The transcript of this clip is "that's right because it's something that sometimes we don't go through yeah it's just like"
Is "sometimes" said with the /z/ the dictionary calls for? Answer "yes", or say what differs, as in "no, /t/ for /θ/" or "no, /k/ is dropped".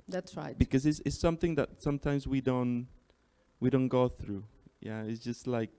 yes